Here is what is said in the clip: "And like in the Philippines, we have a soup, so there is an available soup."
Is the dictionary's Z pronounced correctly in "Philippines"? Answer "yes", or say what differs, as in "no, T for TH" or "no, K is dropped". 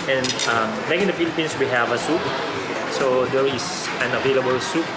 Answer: no, S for Z